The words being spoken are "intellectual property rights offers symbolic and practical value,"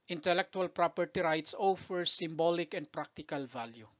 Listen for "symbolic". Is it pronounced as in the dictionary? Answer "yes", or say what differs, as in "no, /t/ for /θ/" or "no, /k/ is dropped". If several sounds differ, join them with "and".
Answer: yes